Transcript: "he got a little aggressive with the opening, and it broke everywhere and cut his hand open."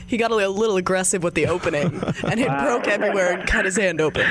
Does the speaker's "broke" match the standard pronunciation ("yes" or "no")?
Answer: yes